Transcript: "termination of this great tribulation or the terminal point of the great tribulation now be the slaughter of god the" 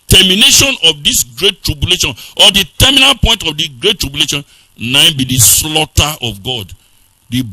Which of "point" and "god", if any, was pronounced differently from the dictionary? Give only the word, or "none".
none